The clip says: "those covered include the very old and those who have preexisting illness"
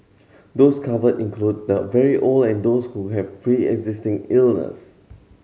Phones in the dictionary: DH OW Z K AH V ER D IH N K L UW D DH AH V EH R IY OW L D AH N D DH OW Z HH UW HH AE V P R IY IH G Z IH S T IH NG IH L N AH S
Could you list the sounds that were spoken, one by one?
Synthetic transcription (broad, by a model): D OW S K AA V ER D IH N K L UW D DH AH V EH R IY OW L AH N D OW S HH UW HH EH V F R IY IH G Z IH S T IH NG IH L N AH S